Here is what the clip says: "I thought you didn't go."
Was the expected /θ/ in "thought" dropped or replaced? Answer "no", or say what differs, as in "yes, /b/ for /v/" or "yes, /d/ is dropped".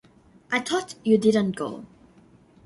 yes, /t/ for /θ/